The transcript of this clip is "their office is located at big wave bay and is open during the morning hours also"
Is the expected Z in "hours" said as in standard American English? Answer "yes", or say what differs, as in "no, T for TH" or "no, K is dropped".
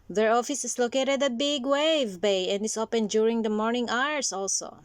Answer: no, S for Z